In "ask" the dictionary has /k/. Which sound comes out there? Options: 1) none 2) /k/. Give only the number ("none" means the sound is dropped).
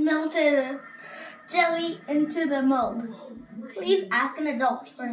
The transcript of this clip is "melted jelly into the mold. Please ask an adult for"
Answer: 2